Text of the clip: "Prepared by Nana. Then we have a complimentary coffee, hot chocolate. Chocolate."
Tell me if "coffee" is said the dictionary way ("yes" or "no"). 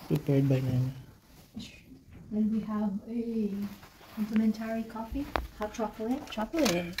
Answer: yes